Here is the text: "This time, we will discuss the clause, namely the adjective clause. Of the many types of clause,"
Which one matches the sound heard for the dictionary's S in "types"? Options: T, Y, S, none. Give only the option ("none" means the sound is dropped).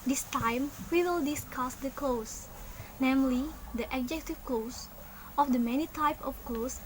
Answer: none